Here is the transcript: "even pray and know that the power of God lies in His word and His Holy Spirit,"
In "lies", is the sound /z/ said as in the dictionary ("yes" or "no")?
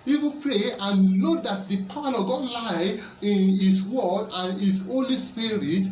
no